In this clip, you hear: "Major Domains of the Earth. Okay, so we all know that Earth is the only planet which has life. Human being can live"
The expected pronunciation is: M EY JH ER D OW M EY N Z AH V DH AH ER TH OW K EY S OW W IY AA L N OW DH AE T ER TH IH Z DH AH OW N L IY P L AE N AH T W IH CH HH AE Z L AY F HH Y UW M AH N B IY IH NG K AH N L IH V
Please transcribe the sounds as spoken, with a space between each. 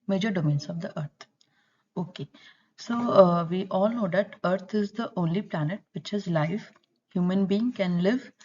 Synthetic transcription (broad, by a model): M EY JH ER D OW M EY N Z AH V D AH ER T OW K EY S OW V IY AA L N OW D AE T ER T IH Z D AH OW N L IY P L AE N AH T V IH CH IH Z L AY F HH Y UW M AH N B IY IH NG K AH N L IH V